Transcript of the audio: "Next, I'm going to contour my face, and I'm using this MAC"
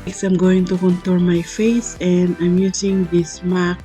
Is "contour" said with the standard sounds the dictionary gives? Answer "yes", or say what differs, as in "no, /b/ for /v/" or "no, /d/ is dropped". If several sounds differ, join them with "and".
no, /l/ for /ɹ/